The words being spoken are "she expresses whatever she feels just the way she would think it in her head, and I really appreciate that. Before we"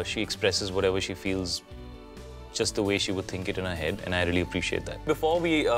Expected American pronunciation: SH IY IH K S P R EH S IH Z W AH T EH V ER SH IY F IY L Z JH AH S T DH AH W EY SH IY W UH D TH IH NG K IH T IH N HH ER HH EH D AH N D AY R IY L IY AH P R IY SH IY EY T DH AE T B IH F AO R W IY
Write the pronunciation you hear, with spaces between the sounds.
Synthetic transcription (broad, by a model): SH IY IH K S P R EH S IH Z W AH T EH V ER SH IY F IY L Z JH AH S T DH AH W EY SH IY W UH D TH IH NG K IH T IH N HH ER HH EH D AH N AY R IY L IY AH P R IY SH IY EY T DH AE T B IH F AO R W IY